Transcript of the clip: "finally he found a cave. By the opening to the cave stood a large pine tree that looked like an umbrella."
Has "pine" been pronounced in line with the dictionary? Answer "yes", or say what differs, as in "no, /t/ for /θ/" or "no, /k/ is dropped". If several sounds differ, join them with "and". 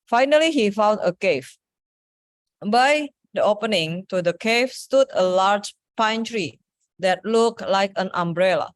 yes